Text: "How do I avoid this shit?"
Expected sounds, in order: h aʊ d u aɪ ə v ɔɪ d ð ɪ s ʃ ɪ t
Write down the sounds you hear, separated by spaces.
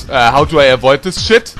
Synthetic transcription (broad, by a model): h aʊ d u aɪ ə v ɔɪ d ð ɪ s ʃ ɪ t